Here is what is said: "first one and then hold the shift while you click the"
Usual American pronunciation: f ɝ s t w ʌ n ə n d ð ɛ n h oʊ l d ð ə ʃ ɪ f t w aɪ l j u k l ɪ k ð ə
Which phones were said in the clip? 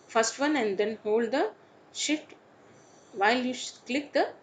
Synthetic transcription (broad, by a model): f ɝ s t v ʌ n ə n d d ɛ n h oʊ l d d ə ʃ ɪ t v aɪ l j u k l ɪ k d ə